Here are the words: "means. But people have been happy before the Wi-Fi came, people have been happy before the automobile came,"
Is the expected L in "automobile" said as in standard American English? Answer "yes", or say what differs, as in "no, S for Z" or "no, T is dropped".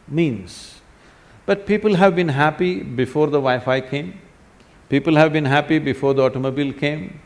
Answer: yes